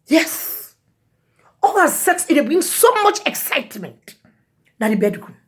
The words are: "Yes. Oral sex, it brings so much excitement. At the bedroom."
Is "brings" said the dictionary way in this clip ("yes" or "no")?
no